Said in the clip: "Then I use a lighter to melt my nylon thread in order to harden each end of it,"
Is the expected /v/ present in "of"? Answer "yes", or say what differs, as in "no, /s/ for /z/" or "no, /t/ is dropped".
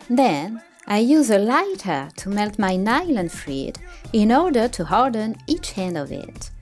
yes